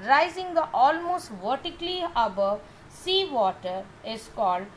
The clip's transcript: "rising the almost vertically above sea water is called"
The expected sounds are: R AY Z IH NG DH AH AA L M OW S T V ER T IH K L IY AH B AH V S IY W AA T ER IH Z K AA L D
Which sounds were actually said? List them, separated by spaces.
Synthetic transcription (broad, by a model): R AY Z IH NG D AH AA L M OW S T V ER T IH K L IY AH B AH V S IY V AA T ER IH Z K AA L D